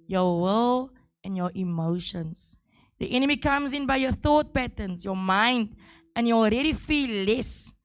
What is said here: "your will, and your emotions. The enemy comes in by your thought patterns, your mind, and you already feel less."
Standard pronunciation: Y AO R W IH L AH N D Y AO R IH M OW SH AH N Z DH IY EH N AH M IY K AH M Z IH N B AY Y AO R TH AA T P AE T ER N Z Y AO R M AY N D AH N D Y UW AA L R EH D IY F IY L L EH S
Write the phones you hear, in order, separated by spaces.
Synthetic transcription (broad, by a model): Y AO W IH L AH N Y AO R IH M OW SH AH N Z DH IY EH N AH M IY K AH M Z IH N B AY Y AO TH AA T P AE T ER N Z Y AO M AY N D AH N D Y UW AA L R EH D IY F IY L L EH S